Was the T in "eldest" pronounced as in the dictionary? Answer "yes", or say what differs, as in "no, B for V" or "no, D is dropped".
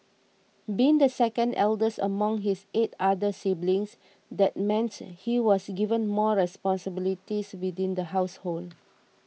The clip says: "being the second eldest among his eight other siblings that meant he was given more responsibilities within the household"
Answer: no, T is dropped